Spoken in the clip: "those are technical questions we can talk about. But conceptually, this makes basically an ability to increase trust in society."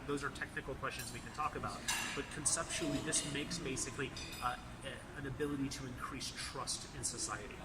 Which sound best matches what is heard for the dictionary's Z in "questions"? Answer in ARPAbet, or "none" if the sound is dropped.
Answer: Z